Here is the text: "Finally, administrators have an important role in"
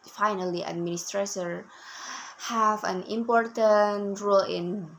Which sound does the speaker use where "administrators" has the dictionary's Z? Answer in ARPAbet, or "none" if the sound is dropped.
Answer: none